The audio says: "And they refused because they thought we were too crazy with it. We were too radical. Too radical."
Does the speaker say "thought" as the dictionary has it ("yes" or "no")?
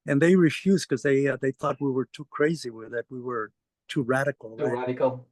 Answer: yes